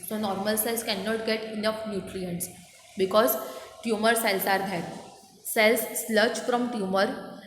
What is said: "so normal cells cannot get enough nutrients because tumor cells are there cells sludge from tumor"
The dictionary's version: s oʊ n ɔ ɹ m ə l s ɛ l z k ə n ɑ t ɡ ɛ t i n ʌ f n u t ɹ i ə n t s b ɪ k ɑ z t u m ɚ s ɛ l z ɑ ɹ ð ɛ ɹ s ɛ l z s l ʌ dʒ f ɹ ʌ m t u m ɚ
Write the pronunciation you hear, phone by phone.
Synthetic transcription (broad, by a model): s oʊ n ɔ ɹ m ə l s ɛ l s k ə n ɑ t ɡ ɛ t i n ʌ f n u t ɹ i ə n t s b ɪ k ɑ z t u m ɚ s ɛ l s ɑ ɹ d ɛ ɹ s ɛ l s l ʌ tʃ f ɹ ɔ m t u m ɚ